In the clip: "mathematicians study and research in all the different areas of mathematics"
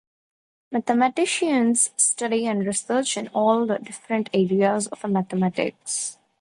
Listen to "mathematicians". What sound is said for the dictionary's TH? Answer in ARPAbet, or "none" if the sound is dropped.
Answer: T